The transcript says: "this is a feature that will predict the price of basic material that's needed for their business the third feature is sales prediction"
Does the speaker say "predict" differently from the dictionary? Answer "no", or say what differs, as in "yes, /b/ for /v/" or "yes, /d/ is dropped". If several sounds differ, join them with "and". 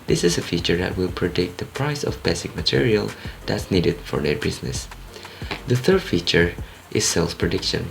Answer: no